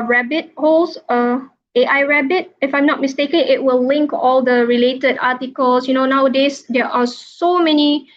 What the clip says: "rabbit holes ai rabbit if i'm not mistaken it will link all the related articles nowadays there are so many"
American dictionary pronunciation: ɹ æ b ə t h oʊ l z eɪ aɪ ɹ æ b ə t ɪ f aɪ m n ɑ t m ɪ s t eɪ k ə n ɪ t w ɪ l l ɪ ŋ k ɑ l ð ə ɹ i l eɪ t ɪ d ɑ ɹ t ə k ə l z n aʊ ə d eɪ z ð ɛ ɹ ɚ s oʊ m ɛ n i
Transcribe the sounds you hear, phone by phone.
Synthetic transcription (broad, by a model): ɹ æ b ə t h oʊ l s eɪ aɪ ɹ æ b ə t ɪ f aɪ m n ɑ t m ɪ s t eɪ k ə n ɪ t w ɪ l l ɪ ŋ k ɑ l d ə ɹ i l eɪ t ɪ d ɑ t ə k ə l s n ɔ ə d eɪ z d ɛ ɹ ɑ s oʊ m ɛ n i